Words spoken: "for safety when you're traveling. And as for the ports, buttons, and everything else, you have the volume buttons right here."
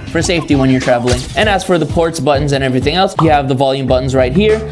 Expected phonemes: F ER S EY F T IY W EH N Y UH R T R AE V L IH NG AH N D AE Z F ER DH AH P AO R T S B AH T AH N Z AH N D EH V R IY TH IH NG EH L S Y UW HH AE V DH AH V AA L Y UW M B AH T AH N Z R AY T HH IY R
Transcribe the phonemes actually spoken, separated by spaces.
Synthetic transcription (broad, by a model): F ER S EY F T IY W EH N Y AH R T R AE V L IH NG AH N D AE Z F ER DH AH P AO R T S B AH T N Z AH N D EH V R IY TH IH NG EH L S Y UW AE V DH AH V AA L Y UW M B AH T N Z R AY T HH IY R